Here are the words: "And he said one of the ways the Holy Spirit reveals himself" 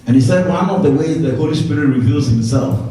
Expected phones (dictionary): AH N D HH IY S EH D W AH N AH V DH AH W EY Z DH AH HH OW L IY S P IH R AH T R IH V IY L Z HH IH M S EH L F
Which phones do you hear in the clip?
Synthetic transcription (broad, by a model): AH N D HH IY S EH D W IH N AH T DH AH W EY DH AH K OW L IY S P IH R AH R IH V IY L Z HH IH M S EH L F